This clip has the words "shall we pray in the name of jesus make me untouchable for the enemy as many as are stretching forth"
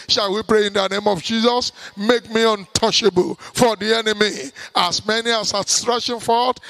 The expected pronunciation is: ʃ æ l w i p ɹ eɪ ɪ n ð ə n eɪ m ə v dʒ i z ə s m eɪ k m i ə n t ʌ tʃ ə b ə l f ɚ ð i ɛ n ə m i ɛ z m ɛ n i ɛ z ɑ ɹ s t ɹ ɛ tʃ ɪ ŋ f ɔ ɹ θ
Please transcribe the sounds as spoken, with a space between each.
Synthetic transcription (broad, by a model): ʃ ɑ l w i p ɹ eɪ ɪ n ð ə n eɪ m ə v dʒ i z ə s m eɪ k m i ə n t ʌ ʃ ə b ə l f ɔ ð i ɛ n ə m i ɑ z m ɛ n i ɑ s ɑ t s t ɹ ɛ ʃ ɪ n f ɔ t